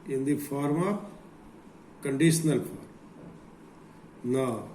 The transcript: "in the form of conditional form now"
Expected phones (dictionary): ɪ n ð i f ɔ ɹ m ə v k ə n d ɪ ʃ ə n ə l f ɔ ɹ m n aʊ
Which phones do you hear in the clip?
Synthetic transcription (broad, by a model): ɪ n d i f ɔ ɹ m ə p k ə n d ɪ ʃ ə n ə l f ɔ ɹ m n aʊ